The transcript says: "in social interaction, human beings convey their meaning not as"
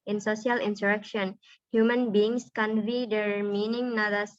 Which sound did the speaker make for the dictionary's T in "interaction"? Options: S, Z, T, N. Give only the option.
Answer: S